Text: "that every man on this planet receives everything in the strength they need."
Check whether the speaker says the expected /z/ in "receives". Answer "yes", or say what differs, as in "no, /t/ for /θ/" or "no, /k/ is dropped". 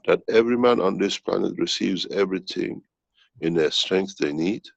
yes